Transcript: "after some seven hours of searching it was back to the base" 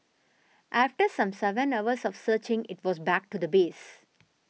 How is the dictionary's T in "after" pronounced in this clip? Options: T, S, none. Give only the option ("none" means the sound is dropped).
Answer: T